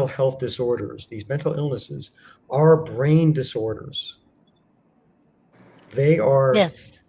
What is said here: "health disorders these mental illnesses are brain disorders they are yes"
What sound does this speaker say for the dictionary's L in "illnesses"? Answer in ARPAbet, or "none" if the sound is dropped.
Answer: L